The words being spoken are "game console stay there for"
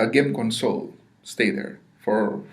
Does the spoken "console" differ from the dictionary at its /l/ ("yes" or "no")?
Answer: no